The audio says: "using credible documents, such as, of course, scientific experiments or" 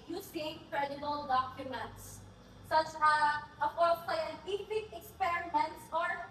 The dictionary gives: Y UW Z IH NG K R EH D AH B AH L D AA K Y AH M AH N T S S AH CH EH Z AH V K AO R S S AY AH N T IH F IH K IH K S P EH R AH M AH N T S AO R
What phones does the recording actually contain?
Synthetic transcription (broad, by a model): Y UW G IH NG K R EH D AH B AH L D AA K Y AH M AH N T S S AH CH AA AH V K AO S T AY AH T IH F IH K IH K S P EH R AH M AH N T S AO R